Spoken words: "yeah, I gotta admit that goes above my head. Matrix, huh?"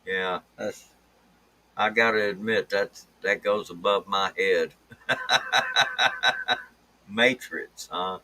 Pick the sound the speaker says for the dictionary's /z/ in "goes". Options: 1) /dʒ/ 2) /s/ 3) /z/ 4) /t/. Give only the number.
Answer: 3